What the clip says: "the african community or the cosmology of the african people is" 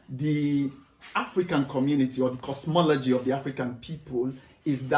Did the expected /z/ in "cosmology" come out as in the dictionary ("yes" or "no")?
no